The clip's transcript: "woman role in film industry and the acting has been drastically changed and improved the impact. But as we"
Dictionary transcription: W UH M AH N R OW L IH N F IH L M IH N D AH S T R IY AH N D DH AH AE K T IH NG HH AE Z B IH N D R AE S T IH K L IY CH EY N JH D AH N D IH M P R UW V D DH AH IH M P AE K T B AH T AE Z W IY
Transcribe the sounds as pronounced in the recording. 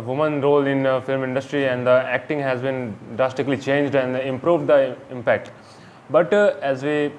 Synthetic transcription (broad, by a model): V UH M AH N R OW L IH N F IH L M IH N D AH S T R IY AH N D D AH AE K T IH NG HH AE Z B IH N D R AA S T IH K L IY CH EY N JH D AH N D IH M P R UW V D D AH IH M P AE K T B AH T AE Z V IY